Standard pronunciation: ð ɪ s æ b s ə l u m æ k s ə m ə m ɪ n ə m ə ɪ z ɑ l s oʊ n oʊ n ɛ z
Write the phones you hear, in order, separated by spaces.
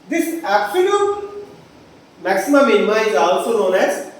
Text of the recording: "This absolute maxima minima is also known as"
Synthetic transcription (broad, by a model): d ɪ s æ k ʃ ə n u m æ k s ə m ə m ɪ n ə m ə ɪ z ɑ l s oʊ n oʊ n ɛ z